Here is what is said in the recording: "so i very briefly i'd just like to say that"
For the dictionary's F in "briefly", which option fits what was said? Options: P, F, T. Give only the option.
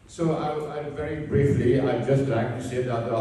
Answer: F